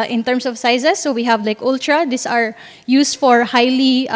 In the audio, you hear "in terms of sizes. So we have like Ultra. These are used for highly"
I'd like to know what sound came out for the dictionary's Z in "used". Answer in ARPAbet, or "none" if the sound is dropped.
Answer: S